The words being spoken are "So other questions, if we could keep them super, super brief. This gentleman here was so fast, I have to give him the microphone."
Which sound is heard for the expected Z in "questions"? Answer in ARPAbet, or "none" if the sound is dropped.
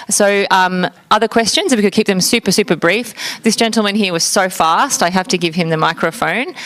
Z